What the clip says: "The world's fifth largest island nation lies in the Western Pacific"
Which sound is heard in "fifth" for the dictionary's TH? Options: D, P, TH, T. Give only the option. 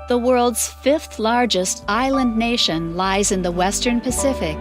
TH